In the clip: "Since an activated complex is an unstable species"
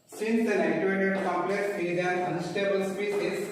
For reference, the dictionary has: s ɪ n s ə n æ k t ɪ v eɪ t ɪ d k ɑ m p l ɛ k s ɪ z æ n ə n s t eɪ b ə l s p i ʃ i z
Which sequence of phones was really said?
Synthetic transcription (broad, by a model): s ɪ n s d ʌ t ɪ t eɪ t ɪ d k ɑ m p l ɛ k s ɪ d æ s ə n s t eɪ b ə l s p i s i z